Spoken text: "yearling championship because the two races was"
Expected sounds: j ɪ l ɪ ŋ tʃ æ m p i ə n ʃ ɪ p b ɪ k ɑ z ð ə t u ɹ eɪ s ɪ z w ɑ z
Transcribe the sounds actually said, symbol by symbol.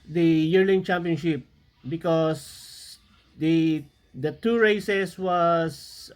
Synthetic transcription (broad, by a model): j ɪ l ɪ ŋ tʃ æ m p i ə n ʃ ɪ p b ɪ k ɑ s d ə t u ɹ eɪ s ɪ s w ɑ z